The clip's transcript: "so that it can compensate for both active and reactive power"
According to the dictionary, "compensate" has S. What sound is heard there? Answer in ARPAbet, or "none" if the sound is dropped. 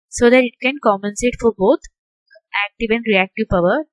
S